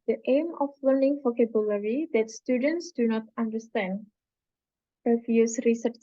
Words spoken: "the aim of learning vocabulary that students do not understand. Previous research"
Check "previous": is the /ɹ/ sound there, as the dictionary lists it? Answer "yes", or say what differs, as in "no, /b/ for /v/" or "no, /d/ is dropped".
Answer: no, /ɹ/ is dropped